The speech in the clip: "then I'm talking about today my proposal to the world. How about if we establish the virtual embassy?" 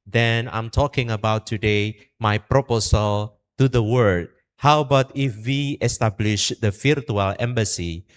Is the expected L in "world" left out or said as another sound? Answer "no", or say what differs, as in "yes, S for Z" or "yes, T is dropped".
yes, L is dropped